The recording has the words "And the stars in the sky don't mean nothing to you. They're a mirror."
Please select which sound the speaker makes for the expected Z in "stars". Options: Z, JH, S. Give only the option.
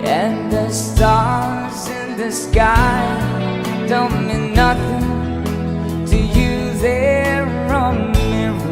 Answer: Z